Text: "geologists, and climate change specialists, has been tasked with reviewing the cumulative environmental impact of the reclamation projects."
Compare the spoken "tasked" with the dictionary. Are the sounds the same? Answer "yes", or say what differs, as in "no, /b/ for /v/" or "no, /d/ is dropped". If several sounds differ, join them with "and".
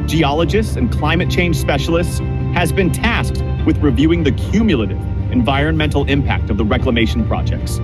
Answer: yes